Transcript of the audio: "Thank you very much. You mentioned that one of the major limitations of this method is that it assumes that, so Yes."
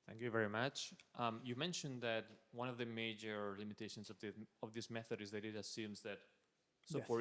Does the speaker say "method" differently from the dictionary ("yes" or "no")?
no